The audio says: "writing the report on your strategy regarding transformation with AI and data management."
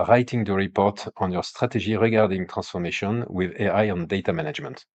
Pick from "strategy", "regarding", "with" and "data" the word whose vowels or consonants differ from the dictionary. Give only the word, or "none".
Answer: strategy